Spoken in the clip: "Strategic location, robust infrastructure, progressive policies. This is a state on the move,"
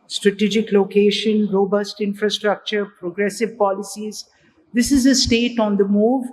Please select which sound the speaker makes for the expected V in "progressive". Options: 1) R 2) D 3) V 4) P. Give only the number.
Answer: 3